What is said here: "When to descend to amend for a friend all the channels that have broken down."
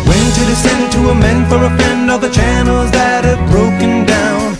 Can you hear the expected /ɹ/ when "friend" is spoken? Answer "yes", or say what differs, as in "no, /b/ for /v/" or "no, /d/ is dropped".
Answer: no, /ɹ/ is dropped